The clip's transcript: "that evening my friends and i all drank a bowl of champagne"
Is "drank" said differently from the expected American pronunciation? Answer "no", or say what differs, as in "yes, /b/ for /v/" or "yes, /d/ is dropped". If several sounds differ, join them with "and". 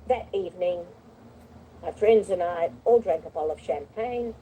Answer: no